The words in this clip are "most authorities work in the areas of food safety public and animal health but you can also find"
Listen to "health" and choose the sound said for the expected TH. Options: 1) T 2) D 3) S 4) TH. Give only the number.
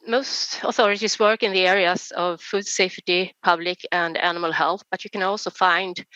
4